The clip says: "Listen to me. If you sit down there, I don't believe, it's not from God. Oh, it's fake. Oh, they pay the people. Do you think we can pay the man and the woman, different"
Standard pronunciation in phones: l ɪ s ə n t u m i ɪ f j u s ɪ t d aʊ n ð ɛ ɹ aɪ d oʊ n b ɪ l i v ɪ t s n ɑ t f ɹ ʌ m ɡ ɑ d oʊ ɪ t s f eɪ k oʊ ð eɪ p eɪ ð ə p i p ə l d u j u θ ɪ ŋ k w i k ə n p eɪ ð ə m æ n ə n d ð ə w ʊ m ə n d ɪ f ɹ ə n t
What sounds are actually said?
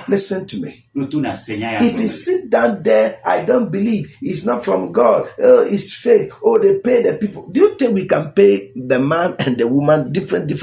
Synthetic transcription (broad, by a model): l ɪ s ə n t u m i ɪ f j u s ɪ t d aʊ n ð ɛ aɪ d oʊ n b ɪ l i v ɪ t s n ɑ t f ɹ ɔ m ɡ ɑ d oʊ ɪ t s f eɪ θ oʊ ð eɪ p eɪ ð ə p i p ə l d u j u t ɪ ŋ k w i k ə n p eɪ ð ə m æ n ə n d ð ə w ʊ m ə n d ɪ f ɹ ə n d